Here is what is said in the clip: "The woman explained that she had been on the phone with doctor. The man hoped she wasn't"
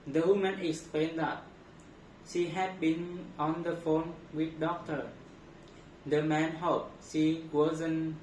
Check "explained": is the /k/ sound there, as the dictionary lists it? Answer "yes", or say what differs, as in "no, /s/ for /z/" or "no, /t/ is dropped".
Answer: yes